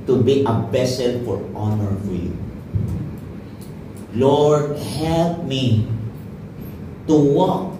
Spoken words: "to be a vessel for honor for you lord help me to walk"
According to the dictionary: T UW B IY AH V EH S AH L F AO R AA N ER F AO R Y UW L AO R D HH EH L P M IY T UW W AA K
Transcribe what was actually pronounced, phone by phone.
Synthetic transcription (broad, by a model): T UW B IY AH B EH S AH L F AO R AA N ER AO R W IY L AO R D HH EH L P M IY T UW W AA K